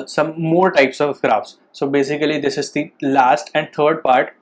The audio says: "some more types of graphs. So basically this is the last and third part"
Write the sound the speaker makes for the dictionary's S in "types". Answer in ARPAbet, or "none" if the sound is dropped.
S